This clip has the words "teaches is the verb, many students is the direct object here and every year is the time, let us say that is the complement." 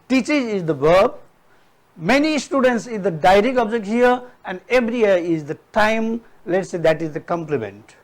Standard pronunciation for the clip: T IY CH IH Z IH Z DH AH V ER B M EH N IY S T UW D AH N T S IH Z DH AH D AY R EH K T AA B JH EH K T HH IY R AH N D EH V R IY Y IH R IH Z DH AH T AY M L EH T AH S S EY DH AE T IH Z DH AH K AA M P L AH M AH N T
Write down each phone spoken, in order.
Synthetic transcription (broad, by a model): T IY CH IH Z IH Z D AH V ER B M EH N IY S T UW D AH N T S IH Z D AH D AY R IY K AA B JH EH K T HH IY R AH N D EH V R IY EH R IH Z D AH T AY M L EH T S S EY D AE T IH Z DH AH K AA M P L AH M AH N T